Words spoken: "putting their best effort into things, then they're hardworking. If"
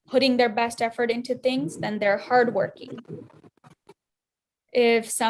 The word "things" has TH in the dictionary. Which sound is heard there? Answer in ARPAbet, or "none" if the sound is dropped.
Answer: TH